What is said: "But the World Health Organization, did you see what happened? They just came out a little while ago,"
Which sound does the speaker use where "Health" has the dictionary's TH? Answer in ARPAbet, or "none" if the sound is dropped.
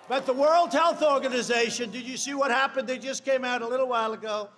TH